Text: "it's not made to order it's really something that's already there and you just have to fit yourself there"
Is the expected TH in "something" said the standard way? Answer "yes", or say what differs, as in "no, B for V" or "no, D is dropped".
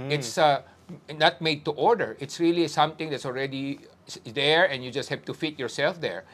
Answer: no, T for TH